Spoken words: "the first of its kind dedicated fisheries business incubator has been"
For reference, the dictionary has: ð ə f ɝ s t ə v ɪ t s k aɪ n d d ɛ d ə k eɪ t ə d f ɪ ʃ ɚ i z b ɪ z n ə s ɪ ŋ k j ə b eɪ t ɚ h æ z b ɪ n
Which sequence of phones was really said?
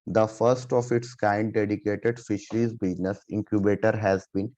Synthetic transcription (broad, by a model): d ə f ɝ s t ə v ɪ t s k aɪ n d d ɛ d ə k eɪ t ə d f ɪ ʃ ɚ i z b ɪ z n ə s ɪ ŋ k j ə b eɪ t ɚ h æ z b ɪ n